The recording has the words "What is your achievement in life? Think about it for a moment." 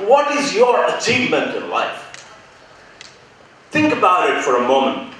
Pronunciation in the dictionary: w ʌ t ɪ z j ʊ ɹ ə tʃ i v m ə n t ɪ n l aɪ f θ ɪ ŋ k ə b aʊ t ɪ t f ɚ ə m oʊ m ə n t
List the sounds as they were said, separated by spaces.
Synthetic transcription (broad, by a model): w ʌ t ɪ z j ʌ ɹ ə tʃ i v m ə n t ɪ n l aɪ f θ ɪ ŋ k ə b aʊ t ɪ t f ɚ ə m oʊ m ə n t